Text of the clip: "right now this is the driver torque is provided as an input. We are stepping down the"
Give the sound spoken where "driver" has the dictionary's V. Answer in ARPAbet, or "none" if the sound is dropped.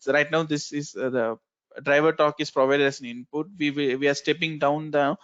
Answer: V